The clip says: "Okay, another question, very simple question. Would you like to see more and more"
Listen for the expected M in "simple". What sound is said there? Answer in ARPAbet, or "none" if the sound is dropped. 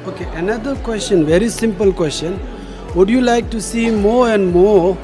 M